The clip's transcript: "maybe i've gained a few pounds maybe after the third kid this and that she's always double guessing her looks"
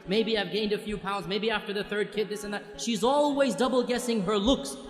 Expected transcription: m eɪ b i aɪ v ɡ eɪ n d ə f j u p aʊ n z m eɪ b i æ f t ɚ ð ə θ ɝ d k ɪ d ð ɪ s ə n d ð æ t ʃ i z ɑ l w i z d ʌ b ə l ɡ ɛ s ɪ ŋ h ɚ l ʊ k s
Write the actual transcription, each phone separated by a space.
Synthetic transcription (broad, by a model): m eɪ b i aɪ v ɡ eɪ n d ə f j u p aʊ n z m eɪ b i æ f t ɚ ð ə θ ɝ d k ɪ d ð ɪ s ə n ð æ t ʃ i z ɑ l w i z d ʌ b l ɡ ɛ s ɪ ŋ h ɚ l ʊ k s